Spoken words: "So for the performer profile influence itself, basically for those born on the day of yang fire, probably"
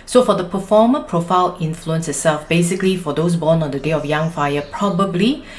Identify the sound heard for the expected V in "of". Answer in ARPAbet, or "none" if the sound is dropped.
F